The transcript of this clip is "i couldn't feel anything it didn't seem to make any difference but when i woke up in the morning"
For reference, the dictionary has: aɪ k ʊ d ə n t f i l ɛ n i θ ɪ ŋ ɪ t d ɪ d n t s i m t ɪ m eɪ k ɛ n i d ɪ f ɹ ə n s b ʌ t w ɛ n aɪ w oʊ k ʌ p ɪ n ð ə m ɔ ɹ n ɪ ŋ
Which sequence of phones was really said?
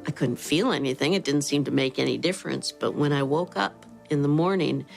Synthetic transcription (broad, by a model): aɪ k ʊ d n t f i l ɛ n i θ ɪ ŋ ɪ t d ɪ d n t s i m t ɪ m eɪ k ɛ n i d ɪ f ɹ ə n s b ʌ t w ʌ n aɪ w oʊ k ʌ p ɪ n ð ə m ɔ ɹ n ɪ ŋ